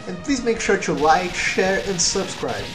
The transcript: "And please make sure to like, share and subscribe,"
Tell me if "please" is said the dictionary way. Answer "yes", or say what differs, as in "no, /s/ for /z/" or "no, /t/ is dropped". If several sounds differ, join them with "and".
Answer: yes